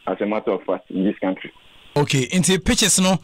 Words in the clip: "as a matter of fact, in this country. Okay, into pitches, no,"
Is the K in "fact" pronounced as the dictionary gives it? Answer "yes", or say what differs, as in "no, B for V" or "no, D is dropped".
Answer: no, K is dropped